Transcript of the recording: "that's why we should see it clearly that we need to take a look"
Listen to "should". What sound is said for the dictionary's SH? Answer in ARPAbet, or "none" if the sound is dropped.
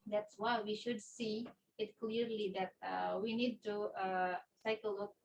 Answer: SH